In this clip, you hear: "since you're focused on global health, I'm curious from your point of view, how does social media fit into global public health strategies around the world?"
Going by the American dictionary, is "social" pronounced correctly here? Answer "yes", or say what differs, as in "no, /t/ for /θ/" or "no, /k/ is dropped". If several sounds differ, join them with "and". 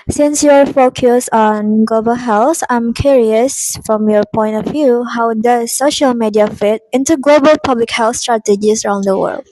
yes